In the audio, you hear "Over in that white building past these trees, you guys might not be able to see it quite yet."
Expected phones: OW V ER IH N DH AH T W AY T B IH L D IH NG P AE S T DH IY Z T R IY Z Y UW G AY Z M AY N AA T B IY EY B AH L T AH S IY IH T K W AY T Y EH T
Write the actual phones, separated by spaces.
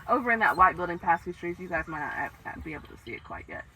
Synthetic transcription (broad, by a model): OW V ER IH N DH AH T W AY T B IH L D IH NG P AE S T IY T R IY Z Y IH G AY Z M AY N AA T B IY EY B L T AH S IY IH T K W AY T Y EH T